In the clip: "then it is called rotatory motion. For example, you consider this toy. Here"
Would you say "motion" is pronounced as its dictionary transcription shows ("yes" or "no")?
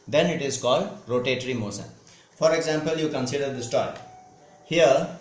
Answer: no